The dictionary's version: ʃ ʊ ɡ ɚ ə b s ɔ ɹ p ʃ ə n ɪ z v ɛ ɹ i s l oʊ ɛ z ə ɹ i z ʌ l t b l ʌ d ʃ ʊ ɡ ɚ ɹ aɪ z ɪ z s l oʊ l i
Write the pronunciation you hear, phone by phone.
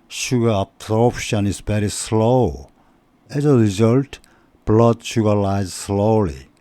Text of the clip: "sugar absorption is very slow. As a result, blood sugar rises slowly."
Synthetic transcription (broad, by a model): ʃ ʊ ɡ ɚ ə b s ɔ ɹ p ʃ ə n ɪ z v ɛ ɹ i s l oʊ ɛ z ə ɹ i z ʌ l t b l ʌ d ʃ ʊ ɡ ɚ l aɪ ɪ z s l oʊ l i